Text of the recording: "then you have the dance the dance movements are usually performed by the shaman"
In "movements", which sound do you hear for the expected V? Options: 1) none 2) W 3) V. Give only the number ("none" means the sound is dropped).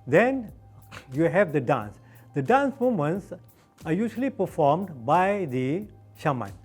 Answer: 1